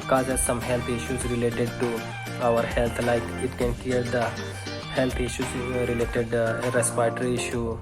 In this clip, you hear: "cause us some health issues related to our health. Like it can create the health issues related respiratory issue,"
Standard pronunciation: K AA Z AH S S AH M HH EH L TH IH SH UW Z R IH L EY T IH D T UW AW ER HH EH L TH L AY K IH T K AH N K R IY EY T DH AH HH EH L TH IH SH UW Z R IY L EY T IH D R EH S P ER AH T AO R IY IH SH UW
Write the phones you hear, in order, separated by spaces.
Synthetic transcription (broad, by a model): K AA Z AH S S AH M HH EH L T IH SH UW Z R IH L EY T IH D T UW AW ER HH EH L T L AY K IH T K AH N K IY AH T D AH HH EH L T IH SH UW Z R IY L EY T IH D R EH S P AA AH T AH R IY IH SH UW